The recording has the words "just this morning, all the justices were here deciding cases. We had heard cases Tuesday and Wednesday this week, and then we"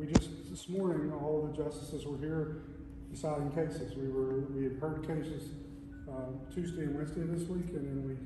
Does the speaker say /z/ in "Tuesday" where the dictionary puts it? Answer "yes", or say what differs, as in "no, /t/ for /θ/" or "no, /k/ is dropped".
yes